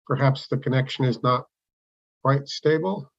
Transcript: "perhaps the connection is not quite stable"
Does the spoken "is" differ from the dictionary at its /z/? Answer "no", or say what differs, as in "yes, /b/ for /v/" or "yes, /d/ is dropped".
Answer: no